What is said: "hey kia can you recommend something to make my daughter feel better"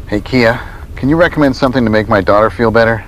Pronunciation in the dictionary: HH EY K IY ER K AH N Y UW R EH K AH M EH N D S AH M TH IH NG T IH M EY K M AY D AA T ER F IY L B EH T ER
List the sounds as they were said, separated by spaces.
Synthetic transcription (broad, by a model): HH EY K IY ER K AH N Y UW R EH K AH M EH N D S AH M TH IH NG T IH M EY K M AY D AA T ER F IY L B EH T ER